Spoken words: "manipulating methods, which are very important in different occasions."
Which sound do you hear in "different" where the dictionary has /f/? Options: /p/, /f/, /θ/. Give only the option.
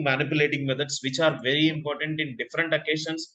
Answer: /f/